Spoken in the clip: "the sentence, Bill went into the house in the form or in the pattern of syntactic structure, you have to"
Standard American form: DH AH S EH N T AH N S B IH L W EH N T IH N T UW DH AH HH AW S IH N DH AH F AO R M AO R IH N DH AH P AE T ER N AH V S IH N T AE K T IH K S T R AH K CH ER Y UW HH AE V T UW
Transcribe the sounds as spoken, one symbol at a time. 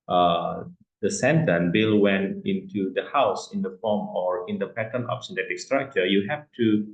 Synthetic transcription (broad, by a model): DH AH S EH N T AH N B IH L W EH N T IH N T UW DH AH HH AW S IH N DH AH F AO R M AO R IH N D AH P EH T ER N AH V S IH N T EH T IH K S T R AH K CH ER Y UW HH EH F T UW